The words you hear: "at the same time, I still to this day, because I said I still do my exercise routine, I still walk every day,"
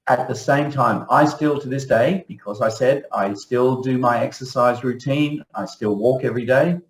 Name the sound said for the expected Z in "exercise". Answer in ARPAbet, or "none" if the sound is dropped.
Z